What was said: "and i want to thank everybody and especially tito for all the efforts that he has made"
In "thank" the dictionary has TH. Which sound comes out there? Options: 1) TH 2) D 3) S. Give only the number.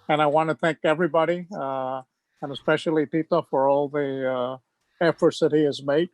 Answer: 1